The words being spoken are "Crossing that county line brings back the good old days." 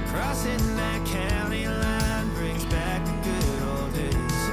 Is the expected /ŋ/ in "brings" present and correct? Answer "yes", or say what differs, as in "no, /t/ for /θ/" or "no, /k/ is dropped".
yes